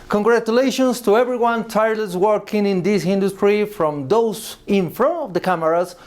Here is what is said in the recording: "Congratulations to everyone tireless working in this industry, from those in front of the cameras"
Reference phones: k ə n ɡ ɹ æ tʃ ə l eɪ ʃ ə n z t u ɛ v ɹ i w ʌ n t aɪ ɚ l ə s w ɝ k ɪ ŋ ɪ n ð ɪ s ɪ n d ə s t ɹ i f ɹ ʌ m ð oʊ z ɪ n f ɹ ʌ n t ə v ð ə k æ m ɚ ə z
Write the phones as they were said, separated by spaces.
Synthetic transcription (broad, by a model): k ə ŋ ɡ ɹ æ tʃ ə l eɪ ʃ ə n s t u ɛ v ɹ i w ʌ n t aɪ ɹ l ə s w ɝ k ɪ ŋ ɪ n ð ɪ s ɪ n d ə s t ɹ i f ɹ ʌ m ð oʊ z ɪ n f ɹ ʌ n ə v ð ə k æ m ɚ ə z